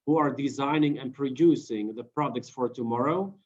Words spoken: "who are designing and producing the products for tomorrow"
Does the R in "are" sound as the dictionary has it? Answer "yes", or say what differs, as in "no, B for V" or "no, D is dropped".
yes